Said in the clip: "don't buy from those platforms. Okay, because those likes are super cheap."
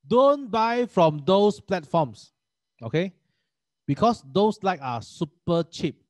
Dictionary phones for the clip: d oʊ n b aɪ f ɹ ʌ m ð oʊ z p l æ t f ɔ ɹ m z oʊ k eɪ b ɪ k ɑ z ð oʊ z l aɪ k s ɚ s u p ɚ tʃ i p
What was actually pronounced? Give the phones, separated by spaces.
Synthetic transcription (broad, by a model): d oʊ n b aɪ f ɹ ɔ m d oʊ s p l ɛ t f ɔ m s oʊ k eɪ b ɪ k ɑ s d oʊ s l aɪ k ɑ s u p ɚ tʃ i p